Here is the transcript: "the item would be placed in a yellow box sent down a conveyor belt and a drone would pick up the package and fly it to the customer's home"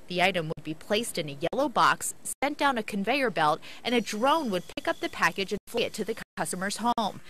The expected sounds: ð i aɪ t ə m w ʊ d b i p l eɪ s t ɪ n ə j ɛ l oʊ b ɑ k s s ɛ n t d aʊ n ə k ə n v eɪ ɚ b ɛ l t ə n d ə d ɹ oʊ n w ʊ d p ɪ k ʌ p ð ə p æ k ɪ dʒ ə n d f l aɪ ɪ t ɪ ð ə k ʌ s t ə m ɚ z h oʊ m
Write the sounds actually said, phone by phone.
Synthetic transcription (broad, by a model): ð i aɪ t ə m w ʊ d b i p l eɪ s t ɪ n ə j ɛ l oʊ b ɑ k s s ɛ n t d aʊ n ə k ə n v eɪ ɚ b ɛ l t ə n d ə d ɹ oʊ n w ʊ d p ɪ k ʌ p ð ə p æ k ɪ dʒ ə n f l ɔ ɪ t ɪ ð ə k ʌ s t ə m ɚ z h oʊ m